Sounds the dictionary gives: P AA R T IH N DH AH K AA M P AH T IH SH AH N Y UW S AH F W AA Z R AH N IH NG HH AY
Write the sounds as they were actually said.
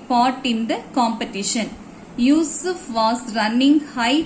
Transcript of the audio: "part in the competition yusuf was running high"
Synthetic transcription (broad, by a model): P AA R T IH N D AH K AA M P AH T IH SH AH N Y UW S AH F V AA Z R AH N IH NG HH AY